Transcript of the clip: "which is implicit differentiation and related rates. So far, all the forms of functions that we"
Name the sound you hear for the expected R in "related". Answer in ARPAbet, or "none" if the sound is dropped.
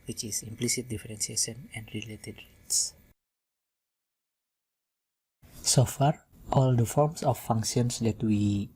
R